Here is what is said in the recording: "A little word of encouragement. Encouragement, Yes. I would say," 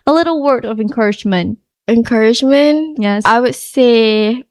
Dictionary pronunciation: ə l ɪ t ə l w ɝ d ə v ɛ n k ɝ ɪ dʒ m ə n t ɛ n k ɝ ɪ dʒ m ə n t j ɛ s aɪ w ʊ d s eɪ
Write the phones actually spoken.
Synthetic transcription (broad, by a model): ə l ɪ t l w ɝ d ə v ɛ n k ɝ ɪ dʒ m ə n t ɛ n k ɝ ɪ dʒ m ə n t j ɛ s aɪ w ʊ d s eɪ